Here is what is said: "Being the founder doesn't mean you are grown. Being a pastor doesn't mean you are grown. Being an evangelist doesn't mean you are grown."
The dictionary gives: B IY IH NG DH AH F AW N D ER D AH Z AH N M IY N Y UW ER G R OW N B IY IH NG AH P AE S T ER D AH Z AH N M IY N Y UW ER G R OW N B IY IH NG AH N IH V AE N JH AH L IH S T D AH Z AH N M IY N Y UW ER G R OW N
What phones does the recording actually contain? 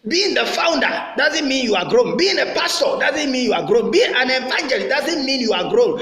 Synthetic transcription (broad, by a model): B IY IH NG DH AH F AW N D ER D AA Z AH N M IY N Y UW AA G R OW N B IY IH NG AH P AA S T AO D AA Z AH N M IY N Y UW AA G R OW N B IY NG AH N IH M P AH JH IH T D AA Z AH N M IY N Y UW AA G R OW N